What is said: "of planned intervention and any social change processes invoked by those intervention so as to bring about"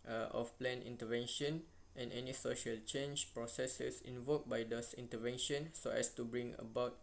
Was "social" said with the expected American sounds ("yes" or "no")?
yes